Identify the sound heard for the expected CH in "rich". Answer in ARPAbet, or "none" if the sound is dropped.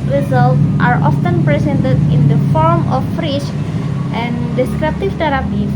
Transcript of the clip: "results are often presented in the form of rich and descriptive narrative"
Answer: SH